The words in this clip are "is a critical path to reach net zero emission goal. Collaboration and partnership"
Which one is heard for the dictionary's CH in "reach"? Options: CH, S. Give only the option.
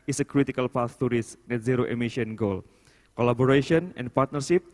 S